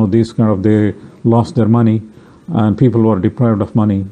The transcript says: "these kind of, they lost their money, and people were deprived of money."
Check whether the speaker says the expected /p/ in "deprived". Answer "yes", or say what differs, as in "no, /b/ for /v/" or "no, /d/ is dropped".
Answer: yes